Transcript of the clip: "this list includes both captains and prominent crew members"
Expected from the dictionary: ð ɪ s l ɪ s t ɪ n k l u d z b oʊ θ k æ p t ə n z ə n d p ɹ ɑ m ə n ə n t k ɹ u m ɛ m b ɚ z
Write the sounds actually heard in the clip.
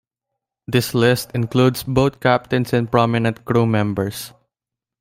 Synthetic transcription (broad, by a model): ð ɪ s l ɪ s t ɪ n k l u d s b oʊ t k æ p t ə n s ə n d p ɹ ɑ m ə n ə n t k ɹ u m ɛ m b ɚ s